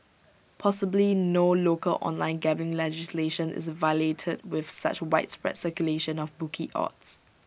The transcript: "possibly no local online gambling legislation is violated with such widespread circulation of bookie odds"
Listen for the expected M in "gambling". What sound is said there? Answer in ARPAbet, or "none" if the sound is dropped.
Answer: none